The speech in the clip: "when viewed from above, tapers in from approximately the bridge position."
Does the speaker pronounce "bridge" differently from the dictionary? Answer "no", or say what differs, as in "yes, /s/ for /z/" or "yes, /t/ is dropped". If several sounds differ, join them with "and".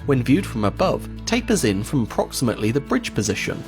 no